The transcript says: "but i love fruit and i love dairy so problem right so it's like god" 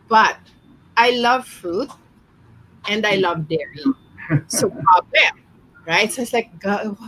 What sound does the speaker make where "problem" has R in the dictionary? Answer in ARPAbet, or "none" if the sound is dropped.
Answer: none